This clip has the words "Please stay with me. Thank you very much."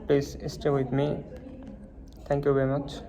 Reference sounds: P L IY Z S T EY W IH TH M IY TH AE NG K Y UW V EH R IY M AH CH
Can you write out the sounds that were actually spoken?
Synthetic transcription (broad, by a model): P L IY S S T EY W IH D M IY T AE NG K Y UW V EH R IY M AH CH